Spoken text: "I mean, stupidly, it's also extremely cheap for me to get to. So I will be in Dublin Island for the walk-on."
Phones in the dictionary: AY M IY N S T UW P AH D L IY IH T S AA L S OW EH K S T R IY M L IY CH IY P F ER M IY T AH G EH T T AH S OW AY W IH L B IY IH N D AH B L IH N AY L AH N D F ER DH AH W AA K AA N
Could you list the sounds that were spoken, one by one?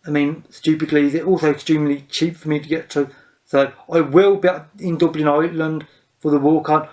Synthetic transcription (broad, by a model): AY M IY N S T UW P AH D L IY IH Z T AA L S OW EH K S T R IY M L IY CH IY P F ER M IY T AH G EH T T AH S OW AY W IH L B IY IH N D AH B L IH N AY L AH N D F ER DH AH W AA K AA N